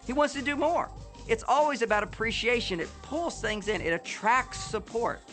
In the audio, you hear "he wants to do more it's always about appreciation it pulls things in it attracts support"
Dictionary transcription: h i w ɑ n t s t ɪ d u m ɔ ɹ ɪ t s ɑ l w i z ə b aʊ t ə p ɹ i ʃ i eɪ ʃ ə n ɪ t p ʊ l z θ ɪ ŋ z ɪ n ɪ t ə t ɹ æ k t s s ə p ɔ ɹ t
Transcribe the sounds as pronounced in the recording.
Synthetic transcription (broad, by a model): h i w ɑ n t s t ɪ d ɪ m ɔ ɹ ɪ t s ɑ l w i z ə b aʊ t ə p ɹ i ʃ i eɪ ʃ ə n ɪ t p ʊ l z θ ɪ ŋ z ɪ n ɪ t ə t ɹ æ k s s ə p ɔ ɹ t